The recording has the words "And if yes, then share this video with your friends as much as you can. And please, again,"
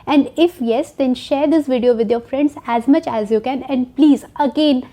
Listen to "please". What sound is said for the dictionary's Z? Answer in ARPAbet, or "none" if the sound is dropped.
Z